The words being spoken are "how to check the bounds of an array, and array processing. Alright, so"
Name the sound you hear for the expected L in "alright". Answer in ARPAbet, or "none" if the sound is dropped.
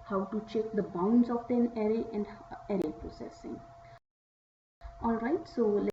L